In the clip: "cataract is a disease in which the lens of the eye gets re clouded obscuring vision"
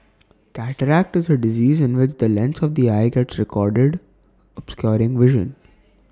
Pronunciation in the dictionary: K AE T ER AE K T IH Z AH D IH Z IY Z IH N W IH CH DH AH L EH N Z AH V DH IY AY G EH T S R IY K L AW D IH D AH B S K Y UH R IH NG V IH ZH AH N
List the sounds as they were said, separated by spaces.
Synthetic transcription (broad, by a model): K AE T ER AE K T IH Z AH D IH Z IY Z IH N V IH CH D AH L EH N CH AH V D IY AY G EH T S R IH K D D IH D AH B S K Y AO R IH NG V IH ZH AH N